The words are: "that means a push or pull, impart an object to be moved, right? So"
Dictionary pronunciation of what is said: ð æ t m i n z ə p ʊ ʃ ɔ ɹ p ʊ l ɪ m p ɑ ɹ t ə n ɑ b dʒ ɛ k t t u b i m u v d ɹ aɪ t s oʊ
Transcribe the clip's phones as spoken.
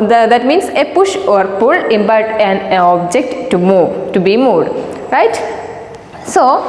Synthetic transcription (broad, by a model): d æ t m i n s ə p ʊ ʃ ɔ ɹ p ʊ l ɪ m b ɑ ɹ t ə n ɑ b dʒ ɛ k t t u b i m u d ɹ aɪ t s oʊ